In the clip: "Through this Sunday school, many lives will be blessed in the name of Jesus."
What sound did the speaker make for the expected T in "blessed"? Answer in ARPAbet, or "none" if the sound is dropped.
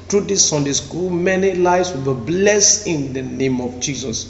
none